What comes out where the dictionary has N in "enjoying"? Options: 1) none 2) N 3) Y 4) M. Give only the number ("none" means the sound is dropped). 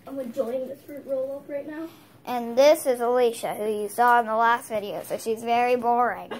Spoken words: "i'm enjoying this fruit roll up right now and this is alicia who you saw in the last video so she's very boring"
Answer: 1